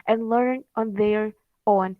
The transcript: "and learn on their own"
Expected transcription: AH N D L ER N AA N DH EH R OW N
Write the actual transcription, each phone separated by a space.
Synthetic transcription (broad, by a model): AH N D L ER N AA N DH EH R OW N